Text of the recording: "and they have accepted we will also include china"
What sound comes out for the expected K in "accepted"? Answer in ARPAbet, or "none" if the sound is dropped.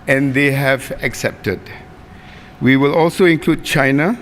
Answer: K